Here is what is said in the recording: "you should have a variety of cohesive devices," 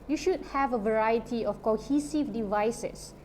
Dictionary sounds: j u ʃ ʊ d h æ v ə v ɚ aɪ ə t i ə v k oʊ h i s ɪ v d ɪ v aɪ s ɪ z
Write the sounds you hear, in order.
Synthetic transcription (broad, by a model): j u ʃ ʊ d h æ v ə v ɚ aɪ ə t i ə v k oʊ h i s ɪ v d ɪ v aɪ s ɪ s